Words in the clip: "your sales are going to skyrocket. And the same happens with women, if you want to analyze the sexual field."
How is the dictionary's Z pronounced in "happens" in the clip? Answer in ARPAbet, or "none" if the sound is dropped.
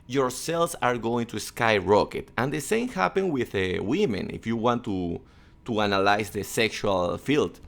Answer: none